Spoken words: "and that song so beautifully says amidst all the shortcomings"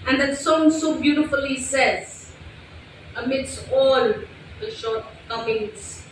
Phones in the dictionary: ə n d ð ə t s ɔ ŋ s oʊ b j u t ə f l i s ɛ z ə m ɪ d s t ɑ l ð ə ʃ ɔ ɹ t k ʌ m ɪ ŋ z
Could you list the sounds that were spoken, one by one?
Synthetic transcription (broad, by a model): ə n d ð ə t s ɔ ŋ s oʊ b j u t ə f l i s ɛ z ə m ɪ d s t ɑ l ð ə ʃ ɔ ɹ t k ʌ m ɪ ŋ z